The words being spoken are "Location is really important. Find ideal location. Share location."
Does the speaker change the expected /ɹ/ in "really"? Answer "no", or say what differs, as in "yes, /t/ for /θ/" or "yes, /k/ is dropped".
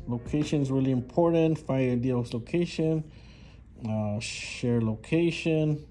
yes, /w/ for /ɹ/